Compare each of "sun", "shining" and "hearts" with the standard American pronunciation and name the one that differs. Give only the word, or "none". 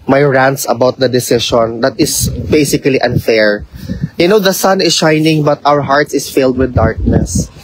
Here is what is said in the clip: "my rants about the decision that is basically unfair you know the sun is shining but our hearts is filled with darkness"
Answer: none